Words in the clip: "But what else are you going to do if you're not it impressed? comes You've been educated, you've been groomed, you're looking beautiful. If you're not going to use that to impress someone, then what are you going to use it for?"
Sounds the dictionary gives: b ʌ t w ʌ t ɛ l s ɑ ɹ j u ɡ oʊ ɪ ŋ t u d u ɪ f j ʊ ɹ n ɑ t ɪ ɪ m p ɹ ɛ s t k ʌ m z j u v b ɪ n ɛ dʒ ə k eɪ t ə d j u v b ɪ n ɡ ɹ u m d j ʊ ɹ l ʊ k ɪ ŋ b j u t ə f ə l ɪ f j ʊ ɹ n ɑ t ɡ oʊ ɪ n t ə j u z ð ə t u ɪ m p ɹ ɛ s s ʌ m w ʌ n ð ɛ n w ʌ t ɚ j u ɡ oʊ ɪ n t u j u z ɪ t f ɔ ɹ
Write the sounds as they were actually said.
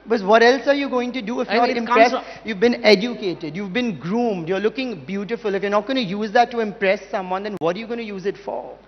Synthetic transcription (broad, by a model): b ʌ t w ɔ t ɛ l s ɑ ɹ j u ɡ oʊ ɪ ŋ t u d u ɪ f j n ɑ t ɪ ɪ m ɹ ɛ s j u v b ɪ n ɛ dʒ ə k eɪ t ə d j u v b ɪ n ɡ ɹ u m d j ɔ ɹ l ʊ k ɪ ŋ b j u t ə f ə l ɪ f j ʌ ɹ n ɑ t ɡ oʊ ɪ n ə j u z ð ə t u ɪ m p ɹ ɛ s s ʌ m w ʌ n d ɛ n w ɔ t ɚ j u ɡ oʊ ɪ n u j u z ɪ t f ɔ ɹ